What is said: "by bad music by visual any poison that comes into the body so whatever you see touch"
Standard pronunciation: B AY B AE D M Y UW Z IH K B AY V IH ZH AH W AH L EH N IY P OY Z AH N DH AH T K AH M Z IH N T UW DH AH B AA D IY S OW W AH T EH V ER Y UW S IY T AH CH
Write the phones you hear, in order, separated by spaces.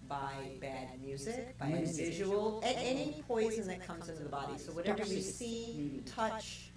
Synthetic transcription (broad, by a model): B AY B AE D M Y UW Z IH K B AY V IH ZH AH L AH N EH N IY P OY Z AH N DH AH T K AH M Z IH N T UW DH AH B AA D IY S OW W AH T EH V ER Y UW S IY T AH CH